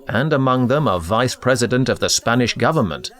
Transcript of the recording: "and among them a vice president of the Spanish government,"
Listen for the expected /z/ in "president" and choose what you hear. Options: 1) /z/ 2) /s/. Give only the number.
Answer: 1